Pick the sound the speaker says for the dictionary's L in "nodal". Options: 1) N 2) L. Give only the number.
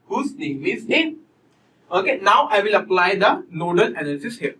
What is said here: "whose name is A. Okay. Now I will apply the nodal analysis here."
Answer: 1